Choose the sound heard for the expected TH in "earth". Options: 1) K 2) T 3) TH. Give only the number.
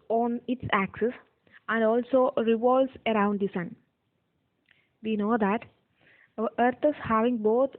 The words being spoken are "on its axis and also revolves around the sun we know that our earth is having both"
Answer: 2